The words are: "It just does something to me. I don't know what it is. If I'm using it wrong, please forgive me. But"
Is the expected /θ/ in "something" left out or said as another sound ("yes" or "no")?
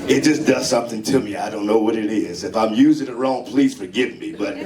no